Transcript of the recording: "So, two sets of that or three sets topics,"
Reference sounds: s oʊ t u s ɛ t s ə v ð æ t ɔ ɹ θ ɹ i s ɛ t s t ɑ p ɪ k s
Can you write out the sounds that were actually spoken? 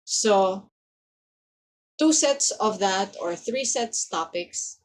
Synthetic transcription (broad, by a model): s oʊ t u s ɛ t s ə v ð æ t ɔ ɹ θ ɹ i s ɛ t s t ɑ p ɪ k s